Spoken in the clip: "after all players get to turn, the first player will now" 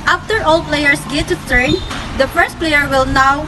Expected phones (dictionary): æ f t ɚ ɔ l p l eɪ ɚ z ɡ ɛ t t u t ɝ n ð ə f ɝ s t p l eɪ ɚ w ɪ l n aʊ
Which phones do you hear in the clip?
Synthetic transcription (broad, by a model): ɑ f t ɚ ɔ l p l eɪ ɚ s ɡ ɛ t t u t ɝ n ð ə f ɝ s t p l eɪ ɚ w ɪ l n aʊ